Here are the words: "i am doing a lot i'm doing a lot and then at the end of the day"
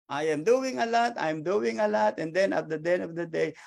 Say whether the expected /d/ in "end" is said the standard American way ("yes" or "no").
no